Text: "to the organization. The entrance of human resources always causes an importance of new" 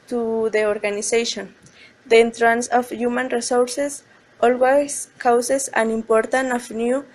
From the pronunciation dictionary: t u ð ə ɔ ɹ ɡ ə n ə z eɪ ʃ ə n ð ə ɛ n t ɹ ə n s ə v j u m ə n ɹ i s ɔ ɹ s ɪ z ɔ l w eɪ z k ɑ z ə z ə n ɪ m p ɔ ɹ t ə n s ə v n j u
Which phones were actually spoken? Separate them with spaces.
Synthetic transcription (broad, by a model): t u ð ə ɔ ɹ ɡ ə n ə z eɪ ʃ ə n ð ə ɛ n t ɹ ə n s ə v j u m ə n ɹ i s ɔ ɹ s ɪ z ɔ l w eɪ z k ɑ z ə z ə n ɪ m p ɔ ɹ t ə n ə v n j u